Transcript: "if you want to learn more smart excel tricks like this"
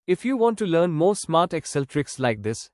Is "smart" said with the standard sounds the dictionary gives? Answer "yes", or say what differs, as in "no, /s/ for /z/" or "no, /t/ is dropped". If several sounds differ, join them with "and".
yes